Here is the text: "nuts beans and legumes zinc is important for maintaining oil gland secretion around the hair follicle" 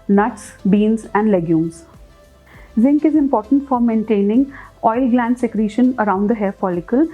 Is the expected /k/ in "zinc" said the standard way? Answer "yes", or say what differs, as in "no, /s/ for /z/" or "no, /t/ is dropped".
yes